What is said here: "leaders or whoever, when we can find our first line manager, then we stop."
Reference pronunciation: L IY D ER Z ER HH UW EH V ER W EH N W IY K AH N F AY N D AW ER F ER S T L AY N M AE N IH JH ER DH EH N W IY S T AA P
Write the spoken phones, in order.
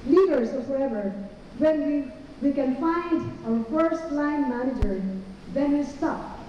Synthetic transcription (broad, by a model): L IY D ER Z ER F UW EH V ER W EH N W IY K AH N F AY N D AW ER F ER S T L AY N M AE N IH JH ER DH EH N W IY S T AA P